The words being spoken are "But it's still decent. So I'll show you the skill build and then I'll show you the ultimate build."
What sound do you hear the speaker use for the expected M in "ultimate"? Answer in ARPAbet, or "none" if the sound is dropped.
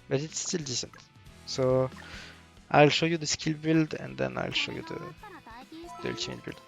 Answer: none